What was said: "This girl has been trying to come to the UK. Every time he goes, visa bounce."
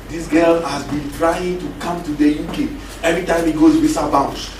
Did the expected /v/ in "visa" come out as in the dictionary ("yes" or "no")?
no